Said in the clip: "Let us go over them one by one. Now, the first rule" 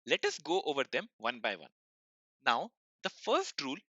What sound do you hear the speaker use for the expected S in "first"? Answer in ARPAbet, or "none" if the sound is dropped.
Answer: S